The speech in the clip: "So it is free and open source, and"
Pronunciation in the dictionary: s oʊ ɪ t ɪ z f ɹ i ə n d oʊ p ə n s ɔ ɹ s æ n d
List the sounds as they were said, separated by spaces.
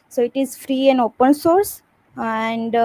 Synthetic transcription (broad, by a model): s oʊ ɪ t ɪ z f ɹ i ə n d oʊ p ə n s ɔ ɹ s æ n d